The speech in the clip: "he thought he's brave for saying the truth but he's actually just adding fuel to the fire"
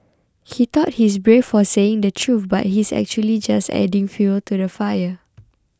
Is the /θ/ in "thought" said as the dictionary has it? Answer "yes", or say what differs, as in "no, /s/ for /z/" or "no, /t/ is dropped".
no, /t/ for /θ/